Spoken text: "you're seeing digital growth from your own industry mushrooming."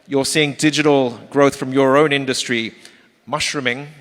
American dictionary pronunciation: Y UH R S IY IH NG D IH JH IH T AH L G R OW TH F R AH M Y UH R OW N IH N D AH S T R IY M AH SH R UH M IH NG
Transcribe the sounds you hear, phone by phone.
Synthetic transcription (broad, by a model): Y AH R S IY IH NG D IH JH IH T AH L G R OW TH F R AH M Y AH R OW N IH N D AH S T R IY M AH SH R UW M IH NG